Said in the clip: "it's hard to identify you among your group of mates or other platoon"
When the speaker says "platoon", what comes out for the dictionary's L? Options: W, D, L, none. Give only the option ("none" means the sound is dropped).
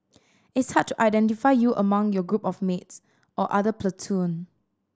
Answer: L